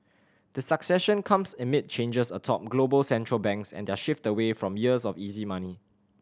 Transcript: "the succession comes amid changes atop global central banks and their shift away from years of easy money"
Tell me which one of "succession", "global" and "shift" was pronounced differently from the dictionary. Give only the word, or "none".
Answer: none